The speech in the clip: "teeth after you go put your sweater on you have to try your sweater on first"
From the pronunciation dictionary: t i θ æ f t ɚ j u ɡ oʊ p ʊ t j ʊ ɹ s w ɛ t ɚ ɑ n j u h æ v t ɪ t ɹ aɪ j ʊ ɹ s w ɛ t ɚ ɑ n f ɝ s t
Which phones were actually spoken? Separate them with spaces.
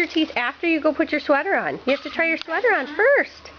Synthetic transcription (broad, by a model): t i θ æ f t ɚ j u ɡ oʊ p ʊ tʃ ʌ ɹ s w ɛ t ɚ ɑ n j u h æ f t ɪ t ɹ aɪ j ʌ ɹ s w ɛ t ɚ ɑ n f ɝ s t